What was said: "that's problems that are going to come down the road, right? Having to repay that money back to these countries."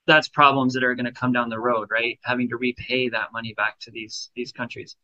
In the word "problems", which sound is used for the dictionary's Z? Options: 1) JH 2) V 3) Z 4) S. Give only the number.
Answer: 3